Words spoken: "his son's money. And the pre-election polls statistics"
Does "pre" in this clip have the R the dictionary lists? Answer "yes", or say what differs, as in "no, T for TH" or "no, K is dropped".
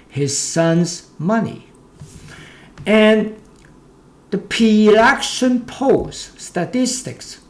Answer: no, R is dropped